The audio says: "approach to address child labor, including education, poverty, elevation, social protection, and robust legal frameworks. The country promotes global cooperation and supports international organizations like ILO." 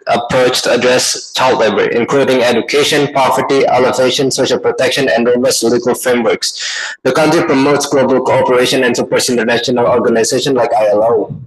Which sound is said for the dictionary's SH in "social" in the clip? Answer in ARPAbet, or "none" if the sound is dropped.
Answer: SH